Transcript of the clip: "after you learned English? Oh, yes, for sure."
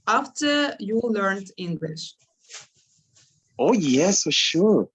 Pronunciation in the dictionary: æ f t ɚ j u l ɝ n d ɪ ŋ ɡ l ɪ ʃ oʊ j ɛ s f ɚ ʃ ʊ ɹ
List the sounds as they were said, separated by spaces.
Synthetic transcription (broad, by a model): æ f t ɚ j u l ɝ n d ɪ ŋ ɡ l ɪ ʃ oʊ j ɛ s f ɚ ʃ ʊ ɹ